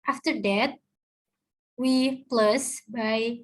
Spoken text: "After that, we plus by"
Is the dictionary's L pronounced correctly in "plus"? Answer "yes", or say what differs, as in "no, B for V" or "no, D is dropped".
yes